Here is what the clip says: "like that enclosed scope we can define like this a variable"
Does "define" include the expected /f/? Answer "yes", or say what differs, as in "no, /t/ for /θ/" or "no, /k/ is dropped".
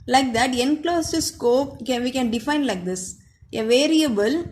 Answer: yes